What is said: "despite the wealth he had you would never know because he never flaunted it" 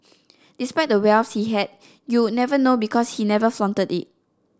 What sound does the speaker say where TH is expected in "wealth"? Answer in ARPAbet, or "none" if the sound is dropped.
S